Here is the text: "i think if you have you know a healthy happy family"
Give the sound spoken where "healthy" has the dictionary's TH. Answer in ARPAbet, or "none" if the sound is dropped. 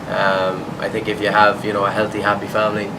TH